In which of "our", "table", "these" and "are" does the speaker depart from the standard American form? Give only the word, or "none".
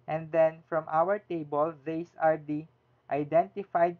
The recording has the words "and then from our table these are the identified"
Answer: these